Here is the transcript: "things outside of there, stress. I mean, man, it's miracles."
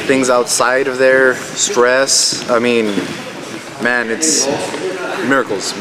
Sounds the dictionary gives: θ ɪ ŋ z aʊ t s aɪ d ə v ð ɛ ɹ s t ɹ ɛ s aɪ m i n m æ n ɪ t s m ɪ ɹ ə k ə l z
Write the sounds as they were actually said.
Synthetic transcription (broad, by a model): θ ɪ ŋ z aʊ t s aɪ d ə v ð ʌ ɹ s t ɹ ɛ s aɪ m i n m æ n ɪ t s m ɪ ɹ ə k l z